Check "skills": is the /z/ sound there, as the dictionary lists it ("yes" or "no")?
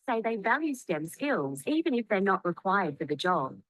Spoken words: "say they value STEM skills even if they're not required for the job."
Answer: yes